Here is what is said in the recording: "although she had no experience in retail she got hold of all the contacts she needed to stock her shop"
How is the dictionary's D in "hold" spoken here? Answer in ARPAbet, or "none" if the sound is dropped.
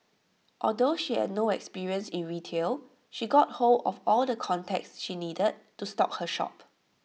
none